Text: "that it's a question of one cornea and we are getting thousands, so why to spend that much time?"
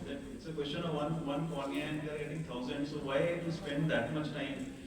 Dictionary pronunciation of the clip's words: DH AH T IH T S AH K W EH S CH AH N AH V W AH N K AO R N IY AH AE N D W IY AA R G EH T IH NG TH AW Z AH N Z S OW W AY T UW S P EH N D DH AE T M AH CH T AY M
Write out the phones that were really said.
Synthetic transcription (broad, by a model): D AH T IH T S AH K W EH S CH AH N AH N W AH N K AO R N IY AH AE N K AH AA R G EH T IH NG T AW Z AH N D S OW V AY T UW S P EH N D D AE T M AH CH T AY M